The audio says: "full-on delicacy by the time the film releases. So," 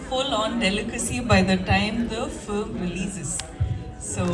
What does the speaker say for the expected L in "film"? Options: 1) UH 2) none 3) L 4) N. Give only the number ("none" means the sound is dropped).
2